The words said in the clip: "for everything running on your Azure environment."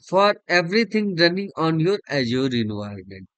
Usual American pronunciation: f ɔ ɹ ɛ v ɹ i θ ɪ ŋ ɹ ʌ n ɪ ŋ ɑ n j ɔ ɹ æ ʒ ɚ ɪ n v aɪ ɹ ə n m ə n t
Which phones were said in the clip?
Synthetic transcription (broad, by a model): f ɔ ɹ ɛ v ɹ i t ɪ ŋ ɹ ʌ n ɪ ŋ ɑ n j ɔ ɹ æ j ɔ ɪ n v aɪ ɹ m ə n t